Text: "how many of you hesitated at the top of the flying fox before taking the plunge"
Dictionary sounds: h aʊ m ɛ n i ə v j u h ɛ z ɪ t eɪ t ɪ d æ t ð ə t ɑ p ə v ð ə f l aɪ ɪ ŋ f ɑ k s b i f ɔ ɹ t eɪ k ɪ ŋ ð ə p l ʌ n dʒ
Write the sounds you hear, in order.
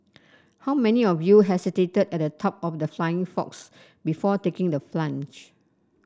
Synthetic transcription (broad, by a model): h aʊ m ɛ n i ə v j u h ɛ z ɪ t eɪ t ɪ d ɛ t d ə t ɑ p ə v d ə f l aɪ ɪ ŋ f ɑ k s b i f ɔ t eɪ k ɪ ŋ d ə f l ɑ n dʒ